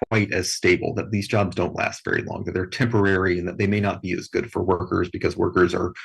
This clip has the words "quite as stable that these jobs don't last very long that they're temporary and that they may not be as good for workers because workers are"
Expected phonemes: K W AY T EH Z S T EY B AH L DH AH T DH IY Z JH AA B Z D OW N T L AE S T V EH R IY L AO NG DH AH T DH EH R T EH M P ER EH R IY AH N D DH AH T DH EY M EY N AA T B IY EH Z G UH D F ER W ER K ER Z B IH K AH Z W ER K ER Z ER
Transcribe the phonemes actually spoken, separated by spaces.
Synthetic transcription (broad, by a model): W AY T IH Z S T EY B L DH AH T DH IY Z JH AA B Z D OW N T L AE S T V EH R IY L AO NG DH AH T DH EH R T EH M P ER EH R IY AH N DH AH T DH EY M EY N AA T B IY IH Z G UH D F ER W ER K ER Z B IH K AH Z W ER K ER Z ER